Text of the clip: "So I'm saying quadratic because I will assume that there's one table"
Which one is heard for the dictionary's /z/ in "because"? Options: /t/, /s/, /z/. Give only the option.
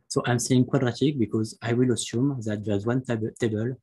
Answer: /z/